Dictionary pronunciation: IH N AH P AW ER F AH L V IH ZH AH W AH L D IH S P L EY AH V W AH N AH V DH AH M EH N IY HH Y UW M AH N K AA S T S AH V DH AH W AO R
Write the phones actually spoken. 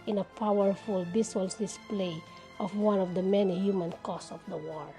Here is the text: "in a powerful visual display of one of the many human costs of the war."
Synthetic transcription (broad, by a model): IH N AH P AW ER F AH L B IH S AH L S D IH S P L EY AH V W AH N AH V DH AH M EH N IY HH Y UW M AH N K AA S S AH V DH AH W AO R